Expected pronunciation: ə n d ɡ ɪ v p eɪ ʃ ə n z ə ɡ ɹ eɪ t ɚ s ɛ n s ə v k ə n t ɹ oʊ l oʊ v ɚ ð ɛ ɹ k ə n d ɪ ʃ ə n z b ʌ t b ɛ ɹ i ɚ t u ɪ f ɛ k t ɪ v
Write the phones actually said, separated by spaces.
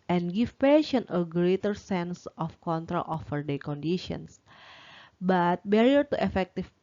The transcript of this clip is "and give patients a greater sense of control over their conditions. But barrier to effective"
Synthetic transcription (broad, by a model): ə n ɡ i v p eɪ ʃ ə n ə ɡ ɹ eɪ t ɚ s ɛ n s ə f k ə n t ɹ oʊ l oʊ f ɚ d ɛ k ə n d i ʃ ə n s b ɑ t b ɛ ɹ i ɚ t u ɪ f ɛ k t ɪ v